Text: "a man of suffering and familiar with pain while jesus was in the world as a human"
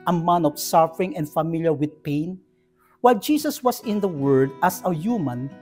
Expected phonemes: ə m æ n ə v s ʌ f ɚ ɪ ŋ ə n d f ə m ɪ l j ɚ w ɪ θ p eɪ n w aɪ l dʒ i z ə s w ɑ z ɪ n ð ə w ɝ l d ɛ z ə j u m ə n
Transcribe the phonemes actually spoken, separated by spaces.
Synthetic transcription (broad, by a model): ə m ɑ n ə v s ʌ f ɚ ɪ ŋ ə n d f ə m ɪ l j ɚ w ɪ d p eɪ n w aɪ l dʒ i s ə s w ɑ s ɪ n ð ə w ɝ d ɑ s ə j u m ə n